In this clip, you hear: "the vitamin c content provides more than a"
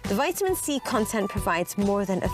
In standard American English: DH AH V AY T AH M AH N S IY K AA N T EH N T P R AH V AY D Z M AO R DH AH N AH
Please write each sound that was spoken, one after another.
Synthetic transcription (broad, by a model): DH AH V AY T AH M AH N S IY K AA N T EH N P R AH V AY D Z M AO R DH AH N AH